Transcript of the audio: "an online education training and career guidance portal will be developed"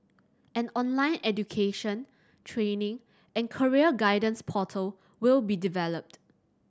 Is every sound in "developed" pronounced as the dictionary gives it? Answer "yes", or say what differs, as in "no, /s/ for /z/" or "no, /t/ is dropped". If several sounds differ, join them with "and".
yes